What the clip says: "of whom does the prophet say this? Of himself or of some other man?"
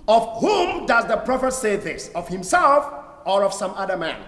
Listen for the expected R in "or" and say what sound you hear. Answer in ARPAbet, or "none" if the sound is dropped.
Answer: R